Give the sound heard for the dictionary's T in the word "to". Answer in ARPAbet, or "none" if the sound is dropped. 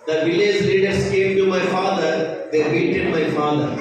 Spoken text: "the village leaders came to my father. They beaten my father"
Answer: T